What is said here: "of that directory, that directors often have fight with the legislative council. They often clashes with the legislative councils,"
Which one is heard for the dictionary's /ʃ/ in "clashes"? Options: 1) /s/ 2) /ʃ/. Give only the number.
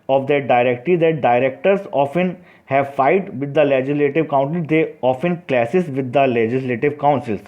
1